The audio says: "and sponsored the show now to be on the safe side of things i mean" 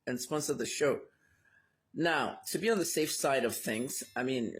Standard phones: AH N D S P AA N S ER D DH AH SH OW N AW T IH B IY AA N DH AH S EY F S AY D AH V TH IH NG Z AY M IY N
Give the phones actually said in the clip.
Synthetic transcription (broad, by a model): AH N S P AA N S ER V DH AH SH OW N AW T IH B IY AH N DH AH S EY F S AY D AH V TH IH NG Z AY M IY N